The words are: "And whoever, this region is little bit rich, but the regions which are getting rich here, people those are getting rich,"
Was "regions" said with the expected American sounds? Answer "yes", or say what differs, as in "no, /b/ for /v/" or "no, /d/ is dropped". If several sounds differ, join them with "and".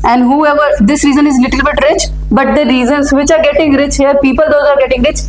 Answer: no, /z/ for /dʒ/